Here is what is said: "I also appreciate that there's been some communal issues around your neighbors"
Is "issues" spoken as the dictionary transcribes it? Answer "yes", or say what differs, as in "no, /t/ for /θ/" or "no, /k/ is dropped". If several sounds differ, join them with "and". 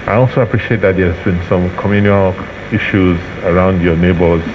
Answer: yes